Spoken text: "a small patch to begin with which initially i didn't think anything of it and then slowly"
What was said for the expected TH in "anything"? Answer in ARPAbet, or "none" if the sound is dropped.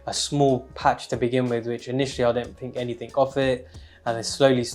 TH